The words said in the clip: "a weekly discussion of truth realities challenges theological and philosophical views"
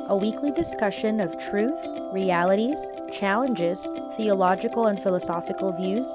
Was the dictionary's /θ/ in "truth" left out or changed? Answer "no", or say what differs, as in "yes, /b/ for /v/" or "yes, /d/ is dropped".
no